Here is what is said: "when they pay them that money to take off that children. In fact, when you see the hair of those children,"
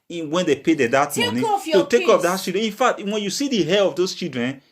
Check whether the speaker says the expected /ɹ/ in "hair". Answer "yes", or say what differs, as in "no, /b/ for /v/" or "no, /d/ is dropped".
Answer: no, /l/ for /ɹ/